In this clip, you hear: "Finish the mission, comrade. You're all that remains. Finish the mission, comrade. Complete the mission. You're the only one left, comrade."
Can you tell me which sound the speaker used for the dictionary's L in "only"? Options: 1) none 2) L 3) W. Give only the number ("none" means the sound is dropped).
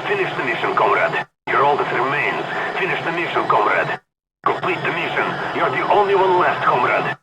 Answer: 2